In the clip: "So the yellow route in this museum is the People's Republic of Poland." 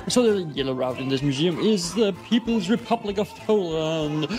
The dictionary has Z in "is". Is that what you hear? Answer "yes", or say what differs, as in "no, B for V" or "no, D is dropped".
yes